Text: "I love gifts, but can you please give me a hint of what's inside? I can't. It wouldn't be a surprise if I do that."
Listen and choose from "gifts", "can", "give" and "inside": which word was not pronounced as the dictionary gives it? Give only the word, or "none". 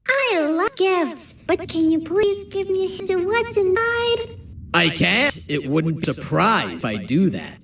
inside